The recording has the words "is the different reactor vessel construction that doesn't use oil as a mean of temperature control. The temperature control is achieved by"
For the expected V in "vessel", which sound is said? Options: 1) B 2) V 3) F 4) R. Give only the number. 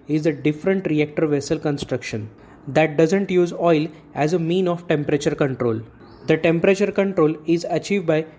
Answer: 2